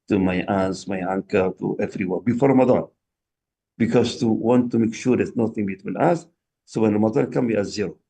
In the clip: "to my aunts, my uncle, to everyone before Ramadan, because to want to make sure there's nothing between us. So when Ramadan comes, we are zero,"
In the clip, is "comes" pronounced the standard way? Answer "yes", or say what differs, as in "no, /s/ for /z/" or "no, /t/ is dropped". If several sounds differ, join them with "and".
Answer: no, /z/ is dropped